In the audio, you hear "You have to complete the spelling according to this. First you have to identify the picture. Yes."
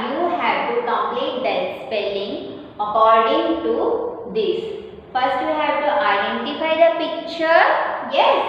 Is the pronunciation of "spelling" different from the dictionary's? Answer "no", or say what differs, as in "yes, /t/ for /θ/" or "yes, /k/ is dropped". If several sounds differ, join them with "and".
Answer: no